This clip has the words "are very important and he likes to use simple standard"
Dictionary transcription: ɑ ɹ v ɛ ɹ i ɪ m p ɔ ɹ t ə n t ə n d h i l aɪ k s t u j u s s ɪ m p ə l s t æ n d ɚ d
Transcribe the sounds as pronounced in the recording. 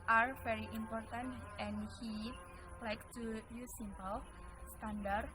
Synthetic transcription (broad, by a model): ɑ ɹ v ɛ ɹ i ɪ m p ɔ ɹ t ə n t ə n h i l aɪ k t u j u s s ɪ m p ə l s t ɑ n d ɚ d